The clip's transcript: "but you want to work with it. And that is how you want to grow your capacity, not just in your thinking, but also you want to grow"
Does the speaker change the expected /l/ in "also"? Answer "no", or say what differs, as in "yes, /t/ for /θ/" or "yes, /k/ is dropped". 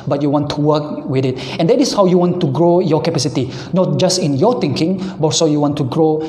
yes, /l/ is dropped